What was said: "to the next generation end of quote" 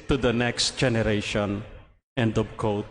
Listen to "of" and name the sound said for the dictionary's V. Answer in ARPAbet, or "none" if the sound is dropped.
B